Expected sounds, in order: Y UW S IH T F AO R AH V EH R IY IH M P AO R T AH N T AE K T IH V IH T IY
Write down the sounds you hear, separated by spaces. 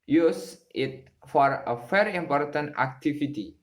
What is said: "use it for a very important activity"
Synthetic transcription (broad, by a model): Y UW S IH T F AO R AH F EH R IY IH M P AO R T AH N T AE K T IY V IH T IY